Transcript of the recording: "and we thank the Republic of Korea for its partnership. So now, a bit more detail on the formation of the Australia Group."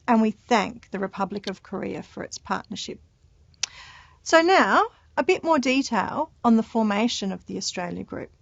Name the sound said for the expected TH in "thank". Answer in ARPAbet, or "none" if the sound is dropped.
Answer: TH